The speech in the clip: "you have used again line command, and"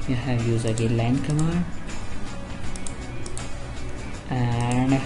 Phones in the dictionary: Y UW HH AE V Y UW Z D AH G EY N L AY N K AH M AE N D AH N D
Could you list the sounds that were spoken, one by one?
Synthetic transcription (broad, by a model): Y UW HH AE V Y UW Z AH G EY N L AY N K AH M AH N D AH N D